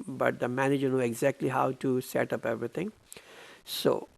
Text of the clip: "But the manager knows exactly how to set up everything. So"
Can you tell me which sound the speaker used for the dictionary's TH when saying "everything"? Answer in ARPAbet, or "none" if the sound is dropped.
T